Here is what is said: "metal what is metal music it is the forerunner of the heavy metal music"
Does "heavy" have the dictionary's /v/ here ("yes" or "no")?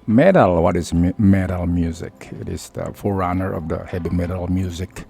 no